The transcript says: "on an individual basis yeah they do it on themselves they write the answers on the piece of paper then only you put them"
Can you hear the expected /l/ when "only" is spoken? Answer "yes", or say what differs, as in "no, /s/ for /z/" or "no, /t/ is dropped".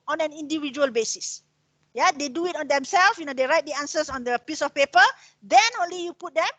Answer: yes